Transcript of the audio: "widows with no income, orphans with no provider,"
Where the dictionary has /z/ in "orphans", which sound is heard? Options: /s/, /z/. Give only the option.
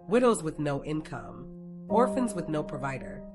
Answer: /z/